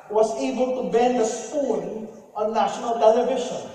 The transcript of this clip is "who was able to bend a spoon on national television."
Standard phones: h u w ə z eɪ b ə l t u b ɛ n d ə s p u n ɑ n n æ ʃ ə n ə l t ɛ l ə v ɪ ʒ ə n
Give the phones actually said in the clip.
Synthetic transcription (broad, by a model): w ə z eɪ b ə l t u b ɛ n d ə s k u l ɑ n n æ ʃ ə n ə l t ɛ l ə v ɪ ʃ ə n